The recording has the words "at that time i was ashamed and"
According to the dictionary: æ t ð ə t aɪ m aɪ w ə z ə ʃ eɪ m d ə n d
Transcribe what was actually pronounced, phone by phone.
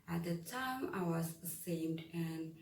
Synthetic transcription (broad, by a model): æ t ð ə t aɪ m aɪ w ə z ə s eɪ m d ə n